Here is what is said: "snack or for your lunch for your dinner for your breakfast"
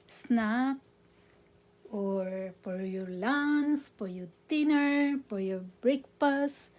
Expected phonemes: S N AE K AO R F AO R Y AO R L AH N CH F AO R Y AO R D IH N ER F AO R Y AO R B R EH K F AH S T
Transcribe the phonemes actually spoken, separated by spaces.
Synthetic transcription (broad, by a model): S N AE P AO R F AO R Y AO R L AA N S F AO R Y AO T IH N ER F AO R Y AO R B R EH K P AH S